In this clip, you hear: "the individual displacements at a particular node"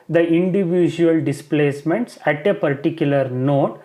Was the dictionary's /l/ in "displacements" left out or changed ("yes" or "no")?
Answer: no